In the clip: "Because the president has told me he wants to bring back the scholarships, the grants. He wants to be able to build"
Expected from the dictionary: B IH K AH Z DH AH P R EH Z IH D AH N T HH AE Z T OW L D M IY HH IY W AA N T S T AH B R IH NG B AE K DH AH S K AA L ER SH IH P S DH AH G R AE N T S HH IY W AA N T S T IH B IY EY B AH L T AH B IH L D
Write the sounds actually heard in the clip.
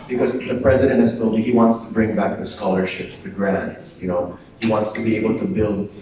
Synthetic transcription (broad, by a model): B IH K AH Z DH AH P R EH Z IH D AH N T HH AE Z T OW L D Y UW HH IY W AA N T S T AH B R IH NG B AE K DH AH S K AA L ER SH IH P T DH AH G R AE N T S HH IY W AA N T S T IH B IY EY B AH L T AH B IH L D